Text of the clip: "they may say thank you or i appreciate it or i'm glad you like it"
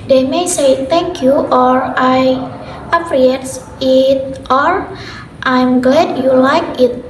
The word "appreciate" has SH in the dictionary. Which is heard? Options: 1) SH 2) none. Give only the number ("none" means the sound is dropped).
2